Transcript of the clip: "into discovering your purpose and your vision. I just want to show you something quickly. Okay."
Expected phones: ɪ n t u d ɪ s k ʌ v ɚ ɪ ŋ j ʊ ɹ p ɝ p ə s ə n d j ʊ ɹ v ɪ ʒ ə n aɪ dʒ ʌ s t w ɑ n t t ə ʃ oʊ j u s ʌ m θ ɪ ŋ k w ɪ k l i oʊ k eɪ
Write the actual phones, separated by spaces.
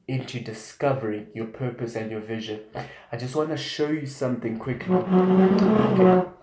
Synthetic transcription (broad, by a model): ɪ n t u d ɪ s k ʌ v ɚ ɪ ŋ j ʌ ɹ p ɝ p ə s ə n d j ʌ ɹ v ɪ ʒ ə n aɪ dʒ ʌ s t w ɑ n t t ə ʃ oʊ j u s ʌ m θ ɪ ŋ k w ɪ k l i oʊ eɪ